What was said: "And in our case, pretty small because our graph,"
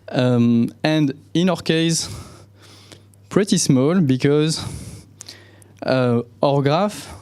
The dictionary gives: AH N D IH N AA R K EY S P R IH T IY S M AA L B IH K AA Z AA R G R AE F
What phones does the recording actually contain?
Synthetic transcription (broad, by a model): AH N D IH N AA R K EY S P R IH T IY S M AA L B IH K AA Z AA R G R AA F